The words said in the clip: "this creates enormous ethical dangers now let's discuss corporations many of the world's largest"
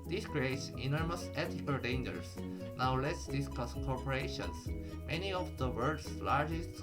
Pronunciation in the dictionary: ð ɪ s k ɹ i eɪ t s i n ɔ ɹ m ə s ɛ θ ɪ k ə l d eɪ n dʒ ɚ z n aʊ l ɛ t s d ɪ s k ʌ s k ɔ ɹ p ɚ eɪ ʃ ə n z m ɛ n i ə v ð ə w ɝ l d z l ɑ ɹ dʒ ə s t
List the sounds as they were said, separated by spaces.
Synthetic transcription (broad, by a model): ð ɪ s k ɹ i eɪ t s i n ɔ ɹ m ə s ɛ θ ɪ k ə l d eɪ n dʒ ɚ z n aʊ l ɛ t s d ɪ s k ʌ s k ɔ ɹ p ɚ eɪ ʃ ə n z m ɛ n i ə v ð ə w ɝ d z l ɑ ɹ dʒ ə s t